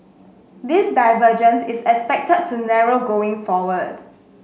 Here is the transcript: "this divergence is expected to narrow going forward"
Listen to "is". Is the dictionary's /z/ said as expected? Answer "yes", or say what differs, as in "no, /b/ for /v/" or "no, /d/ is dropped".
no, /s/ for /z/